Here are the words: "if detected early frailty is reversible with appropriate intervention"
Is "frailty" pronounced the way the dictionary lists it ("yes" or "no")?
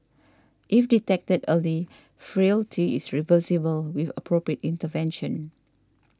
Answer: yes